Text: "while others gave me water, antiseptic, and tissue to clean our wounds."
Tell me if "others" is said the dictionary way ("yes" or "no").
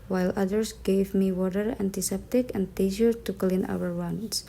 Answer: no